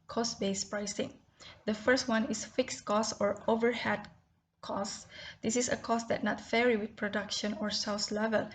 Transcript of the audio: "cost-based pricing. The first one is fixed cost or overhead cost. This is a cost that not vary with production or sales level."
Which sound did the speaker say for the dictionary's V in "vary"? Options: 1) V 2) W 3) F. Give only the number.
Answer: 3